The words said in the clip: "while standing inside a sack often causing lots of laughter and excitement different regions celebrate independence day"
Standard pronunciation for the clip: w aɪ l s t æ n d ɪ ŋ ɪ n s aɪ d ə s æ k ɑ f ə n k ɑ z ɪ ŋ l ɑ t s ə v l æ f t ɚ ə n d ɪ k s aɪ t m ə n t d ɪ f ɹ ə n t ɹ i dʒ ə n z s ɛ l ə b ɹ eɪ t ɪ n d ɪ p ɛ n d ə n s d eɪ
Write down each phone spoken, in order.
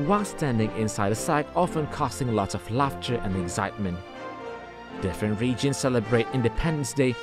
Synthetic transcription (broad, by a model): w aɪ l s t æ n d ɪ ŋ ɪ n s aɪ d ə s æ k ɑ f ə n k ɑ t ɪ ŋ l ɑ t ə v l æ f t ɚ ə n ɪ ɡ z aɪ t m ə n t d ɪ f ɹ ə n t ɹ i dʒ ə n z s ɛ l ə b ɹ eɪ t ɪ n d ɪ p ɛ n d ə n s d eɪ